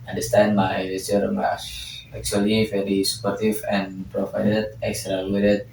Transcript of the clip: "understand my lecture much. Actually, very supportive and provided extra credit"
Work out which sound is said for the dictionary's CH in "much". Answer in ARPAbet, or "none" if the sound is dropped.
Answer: S